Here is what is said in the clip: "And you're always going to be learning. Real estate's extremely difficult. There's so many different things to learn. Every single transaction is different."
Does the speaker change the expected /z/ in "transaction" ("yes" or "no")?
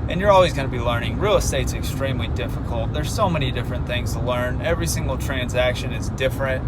no